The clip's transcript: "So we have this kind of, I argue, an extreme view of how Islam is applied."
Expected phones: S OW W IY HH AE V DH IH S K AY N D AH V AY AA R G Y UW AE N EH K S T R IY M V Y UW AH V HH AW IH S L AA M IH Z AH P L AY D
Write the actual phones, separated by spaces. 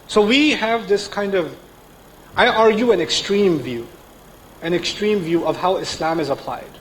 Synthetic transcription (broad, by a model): S OW W IY HH AE V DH IH S K AY N D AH V AY AA R G Y UW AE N EH K S T R IY M V Y UW AH V HH AW IH S L AA M IH Z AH P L AY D